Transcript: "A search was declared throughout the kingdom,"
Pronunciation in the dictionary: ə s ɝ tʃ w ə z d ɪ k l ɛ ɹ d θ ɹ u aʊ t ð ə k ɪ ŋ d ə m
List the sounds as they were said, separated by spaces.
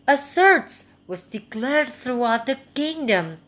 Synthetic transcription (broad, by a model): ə s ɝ s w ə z d ɪ k l ɛ ɹ d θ ɹ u aʊ t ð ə k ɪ ŋ d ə m